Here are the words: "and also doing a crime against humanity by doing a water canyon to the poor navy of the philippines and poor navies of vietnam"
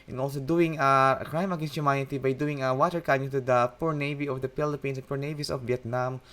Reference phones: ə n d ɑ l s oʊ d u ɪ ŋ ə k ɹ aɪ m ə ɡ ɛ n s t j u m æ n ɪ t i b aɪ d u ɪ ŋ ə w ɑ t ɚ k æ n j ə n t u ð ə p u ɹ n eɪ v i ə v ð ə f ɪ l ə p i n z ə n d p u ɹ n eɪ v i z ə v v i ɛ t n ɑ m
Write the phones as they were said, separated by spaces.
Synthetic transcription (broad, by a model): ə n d ɑ l s oʊ d u ɪ ŋ ə k ɹ aɪ m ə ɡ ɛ n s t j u m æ n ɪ t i b aɪ d u ɪ ŋ ə w ɑ t ɚ k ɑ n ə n t u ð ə p u ɹ n eɪ v i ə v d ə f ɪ l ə p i n s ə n p u ɹ n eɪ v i s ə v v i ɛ t n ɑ m